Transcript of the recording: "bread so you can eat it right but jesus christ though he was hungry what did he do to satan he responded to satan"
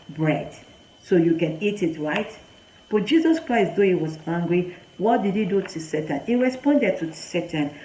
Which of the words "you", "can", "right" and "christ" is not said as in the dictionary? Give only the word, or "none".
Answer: none